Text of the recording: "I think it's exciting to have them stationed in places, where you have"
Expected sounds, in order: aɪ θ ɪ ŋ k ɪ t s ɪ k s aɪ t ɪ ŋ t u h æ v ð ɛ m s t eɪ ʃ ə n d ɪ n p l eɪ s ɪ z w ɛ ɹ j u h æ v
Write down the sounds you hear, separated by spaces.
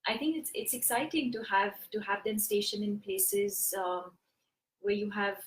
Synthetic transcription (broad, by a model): aɪ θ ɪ ŋ k ɪ t s ɪ k s aɪ t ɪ ŋ t u h æ v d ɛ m s t eɪ ʃ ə n ɪ n p l eɪ s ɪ z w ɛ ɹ j u h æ v